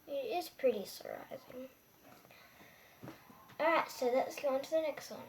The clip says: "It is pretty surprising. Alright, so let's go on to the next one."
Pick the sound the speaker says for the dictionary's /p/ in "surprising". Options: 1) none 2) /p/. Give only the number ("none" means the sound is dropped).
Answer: 1